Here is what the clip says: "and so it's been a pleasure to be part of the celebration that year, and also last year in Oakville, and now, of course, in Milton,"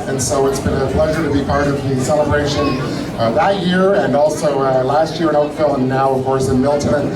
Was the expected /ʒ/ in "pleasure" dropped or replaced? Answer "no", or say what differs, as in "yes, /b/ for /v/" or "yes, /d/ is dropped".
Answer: no